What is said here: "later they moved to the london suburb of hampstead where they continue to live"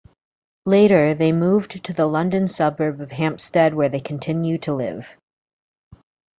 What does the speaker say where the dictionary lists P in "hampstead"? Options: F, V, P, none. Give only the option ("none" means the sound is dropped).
P